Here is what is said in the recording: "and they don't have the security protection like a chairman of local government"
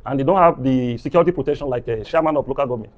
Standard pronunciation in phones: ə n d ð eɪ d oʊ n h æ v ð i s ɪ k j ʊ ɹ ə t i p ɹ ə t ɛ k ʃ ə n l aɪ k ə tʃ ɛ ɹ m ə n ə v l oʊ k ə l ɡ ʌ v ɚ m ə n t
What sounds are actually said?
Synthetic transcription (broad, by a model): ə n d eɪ d oʊ n h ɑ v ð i s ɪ k j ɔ ɹ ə t i p ɹ ə t ɛ k ʃ ə n l aɪ k ə ʃ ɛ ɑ m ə n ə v l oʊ k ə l ɡ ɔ v m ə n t